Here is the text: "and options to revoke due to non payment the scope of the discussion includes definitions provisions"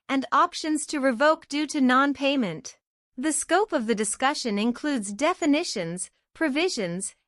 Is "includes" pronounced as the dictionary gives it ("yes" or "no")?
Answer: yes